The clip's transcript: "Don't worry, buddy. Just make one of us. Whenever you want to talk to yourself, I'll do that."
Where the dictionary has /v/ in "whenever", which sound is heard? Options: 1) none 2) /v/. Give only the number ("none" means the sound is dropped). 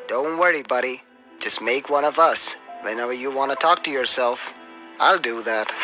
2